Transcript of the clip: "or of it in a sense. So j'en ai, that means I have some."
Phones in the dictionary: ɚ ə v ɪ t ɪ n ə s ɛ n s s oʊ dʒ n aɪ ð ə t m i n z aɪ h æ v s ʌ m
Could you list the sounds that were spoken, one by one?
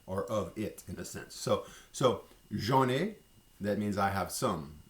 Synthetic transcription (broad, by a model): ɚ ə v ɪ t ɪ n ə s ɛ n s s oʊ ʒ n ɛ ð ə t m i n z aɪ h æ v s ʌ m